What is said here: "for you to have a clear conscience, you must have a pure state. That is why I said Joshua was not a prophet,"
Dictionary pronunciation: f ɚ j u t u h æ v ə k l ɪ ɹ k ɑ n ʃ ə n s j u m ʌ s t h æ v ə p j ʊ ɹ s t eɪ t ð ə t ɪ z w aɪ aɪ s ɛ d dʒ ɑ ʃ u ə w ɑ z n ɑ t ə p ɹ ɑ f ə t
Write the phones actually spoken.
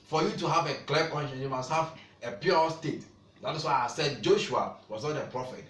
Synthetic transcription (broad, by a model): f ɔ j u t u h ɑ v ə k l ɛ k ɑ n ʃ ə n j u m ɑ s t h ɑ v ə p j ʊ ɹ s t eɪ t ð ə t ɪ s w aɪ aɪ s ɛ d dʒ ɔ ʃ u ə w ɑ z n ɑ t ə p ɹ ɑ f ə t